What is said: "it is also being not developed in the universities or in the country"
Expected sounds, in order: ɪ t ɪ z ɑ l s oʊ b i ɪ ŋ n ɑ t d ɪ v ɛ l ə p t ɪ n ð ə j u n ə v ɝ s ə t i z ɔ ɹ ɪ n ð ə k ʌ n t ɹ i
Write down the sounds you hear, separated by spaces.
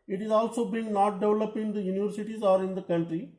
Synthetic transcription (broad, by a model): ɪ t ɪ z ɑ l s oʊ b i ɪ ŋ n ɑ t d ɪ v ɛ l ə p ɪ n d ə j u n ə v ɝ s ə t i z ɔ ɹ ɪ n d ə k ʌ n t ɹ i